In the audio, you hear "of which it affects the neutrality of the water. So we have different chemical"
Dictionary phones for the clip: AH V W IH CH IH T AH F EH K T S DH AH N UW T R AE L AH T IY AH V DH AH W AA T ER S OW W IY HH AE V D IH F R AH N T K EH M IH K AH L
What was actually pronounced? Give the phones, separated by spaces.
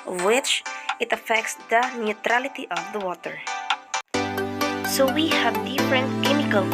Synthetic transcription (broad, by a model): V W IH CH IH T AH F EH K T S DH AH N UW T R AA L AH T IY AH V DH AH W AA T ER S OW W IY HH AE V D IH F R AH N T K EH M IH K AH L